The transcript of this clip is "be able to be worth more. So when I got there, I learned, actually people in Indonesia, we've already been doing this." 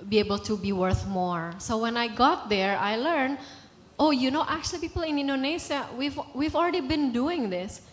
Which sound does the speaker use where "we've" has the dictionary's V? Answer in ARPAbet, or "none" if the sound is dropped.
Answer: V